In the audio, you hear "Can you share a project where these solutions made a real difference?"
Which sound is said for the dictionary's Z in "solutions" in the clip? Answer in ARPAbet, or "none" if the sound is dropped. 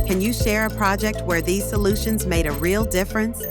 Z